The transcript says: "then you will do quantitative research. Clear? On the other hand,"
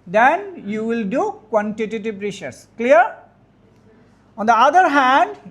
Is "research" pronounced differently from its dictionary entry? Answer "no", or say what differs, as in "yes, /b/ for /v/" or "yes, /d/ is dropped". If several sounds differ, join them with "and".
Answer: yes, /ʃ/ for /s/ and /s/ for /tʃ/